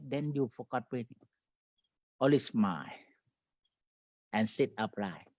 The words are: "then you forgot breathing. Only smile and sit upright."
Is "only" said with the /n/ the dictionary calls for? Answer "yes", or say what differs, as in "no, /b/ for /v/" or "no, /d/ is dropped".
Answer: no, /n/ is dropped